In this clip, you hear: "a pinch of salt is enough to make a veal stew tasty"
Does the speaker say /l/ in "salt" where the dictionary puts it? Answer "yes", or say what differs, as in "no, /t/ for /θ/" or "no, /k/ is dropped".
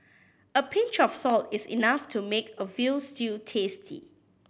yes